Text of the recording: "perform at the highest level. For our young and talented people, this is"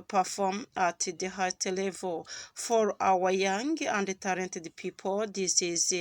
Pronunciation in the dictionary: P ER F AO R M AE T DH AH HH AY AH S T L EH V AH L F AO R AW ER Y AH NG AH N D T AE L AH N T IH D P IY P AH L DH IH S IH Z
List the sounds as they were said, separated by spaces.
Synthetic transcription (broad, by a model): P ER F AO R M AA T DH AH HH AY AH T L EH V AH L F AO R AW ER Y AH NG AH N D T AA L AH N T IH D P IY P AH L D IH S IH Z